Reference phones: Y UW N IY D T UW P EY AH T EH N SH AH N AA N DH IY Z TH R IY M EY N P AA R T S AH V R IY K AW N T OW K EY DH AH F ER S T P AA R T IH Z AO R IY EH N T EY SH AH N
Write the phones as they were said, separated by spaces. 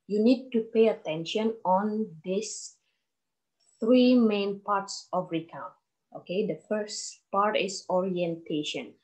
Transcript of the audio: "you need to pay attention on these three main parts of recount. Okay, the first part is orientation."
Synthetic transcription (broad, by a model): Y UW N IY D T UW P EY AH T EH N SH AH N AA N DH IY S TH R IY M EY N P AA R T S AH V R IY K AW N T OW K EY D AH F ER S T P AA R T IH S AO R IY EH N T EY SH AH N